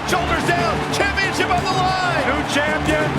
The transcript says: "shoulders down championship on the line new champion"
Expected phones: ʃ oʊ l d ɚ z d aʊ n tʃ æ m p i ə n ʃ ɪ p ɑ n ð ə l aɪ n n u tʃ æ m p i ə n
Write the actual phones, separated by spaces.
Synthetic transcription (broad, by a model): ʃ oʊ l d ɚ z d aʊ n tʃ æ m p i ə n ʃ ɪ p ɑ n ð ə l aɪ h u tʃ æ m p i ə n